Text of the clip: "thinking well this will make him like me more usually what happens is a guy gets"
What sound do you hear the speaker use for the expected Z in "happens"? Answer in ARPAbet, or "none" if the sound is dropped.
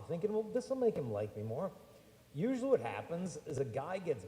Z